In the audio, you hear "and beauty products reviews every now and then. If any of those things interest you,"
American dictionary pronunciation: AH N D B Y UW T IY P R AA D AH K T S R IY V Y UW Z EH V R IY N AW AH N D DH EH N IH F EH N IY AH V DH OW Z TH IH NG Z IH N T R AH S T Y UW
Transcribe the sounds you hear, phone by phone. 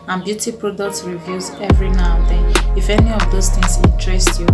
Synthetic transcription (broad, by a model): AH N B Y UW T IY P R AA D AH K T S R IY V Y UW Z EH V R IY N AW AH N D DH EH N IH F EH N IY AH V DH OW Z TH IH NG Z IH T R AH S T Y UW